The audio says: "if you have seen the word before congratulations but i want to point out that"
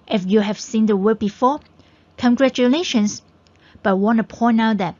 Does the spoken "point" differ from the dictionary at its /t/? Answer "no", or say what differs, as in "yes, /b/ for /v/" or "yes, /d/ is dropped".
yes, /t/ is dropped